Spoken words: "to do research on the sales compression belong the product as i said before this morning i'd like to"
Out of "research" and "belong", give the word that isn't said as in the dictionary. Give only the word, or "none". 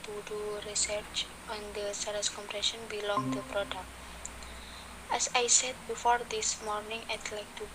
none